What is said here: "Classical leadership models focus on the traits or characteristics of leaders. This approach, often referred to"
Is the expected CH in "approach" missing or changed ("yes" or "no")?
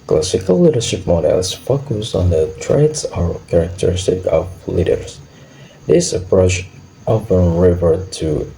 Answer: yes